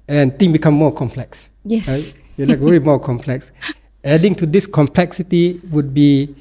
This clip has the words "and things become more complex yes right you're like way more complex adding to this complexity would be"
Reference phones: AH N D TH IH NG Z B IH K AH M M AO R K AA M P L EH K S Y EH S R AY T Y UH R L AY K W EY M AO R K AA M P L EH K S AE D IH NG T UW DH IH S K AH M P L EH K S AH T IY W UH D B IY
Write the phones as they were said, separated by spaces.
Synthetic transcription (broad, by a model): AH N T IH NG B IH K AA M M AO K AA M P L EH K S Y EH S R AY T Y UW L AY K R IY M AO K AA M P L EH K S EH D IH NG T UW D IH S K AH M P L EH K S AH T IY W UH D B IY